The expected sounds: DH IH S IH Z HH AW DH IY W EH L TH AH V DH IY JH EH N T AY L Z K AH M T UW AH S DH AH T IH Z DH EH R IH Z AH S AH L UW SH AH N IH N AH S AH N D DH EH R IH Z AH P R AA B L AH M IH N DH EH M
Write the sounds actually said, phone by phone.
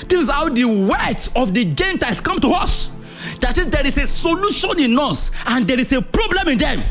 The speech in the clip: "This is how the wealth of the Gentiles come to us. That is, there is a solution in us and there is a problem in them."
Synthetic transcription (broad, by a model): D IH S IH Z HH AW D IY W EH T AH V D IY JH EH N T AY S K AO M T UW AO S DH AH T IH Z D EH R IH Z AH S AH L UW SH AH N IH N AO S AH N D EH R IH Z AH P R AA B L AH M IH N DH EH M